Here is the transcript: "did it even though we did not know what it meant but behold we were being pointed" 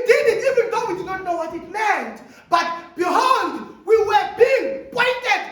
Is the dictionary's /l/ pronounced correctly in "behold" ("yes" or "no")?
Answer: no